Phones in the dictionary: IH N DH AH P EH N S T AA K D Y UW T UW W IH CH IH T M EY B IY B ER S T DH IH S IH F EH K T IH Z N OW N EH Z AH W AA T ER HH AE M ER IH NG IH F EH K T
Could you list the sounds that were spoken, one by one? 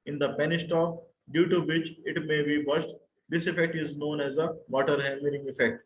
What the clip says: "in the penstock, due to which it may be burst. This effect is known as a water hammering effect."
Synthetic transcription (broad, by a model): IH N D AH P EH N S T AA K D Y UW T UW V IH CH IH T M EY B IY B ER SH T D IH S IH F EH K T IH Z N OW N EH Z AH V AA T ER HH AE M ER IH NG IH F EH K T